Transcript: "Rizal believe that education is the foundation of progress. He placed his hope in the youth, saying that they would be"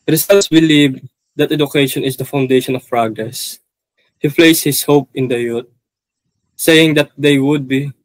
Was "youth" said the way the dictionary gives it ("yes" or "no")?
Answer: no